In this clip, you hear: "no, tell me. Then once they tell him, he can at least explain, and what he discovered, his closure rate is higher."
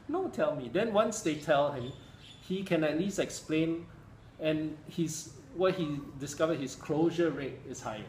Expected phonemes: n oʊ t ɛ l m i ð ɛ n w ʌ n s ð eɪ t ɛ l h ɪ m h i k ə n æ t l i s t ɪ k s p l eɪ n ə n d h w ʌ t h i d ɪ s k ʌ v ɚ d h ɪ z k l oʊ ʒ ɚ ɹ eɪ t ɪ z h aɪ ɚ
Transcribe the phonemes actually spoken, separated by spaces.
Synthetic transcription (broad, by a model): n oʊ t ɛ l m i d ɛ n w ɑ n s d eɪ t ɛ l h ɪ m h i k ə n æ t l i s t ɪ k s p l eɪ n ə n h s w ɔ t h i d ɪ s k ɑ v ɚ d h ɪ s k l oʊ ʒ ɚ ɹ eɪ t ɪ s h aɪ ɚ